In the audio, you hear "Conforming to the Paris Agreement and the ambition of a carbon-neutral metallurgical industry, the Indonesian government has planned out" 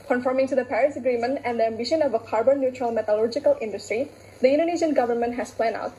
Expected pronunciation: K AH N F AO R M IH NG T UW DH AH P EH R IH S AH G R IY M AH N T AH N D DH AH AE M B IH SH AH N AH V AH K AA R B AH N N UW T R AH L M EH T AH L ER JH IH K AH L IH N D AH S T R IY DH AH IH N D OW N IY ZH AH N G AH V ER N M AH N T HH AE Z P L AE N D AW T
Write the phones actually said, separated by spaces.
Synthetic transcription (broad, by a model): K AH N F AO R M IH NG T UW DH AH P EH R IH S AH G R IY M AH N T AH N D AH AE M B IH SH AH N AH V AH K AA R B AH N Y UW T R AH L M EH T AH L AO JH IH K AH L IH N D AH S T R IY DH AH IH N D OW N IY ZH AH N G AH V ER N M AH N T HH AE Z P L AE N AW T